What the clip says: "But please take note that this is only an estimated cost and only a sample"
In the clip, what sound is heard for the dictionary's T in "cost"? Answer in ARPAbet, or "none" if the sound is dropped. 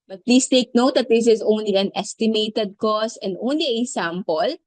none